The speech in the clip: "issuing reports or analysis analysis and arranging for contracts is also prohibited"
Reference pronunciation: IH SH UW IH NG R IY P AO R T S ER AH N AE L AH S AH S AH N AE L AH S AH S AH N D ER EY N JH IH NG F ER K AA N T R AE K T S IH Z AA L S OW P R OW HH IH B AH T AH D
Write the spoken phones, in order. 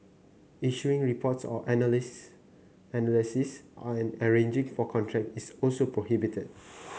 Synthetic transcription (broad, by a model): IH SH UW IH NG R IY P AO T S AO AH N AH L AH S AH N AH L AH S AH S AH N ER EY N JH IH NG F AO K AA N T R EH K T IH S AA L S OW P R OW HH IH B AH T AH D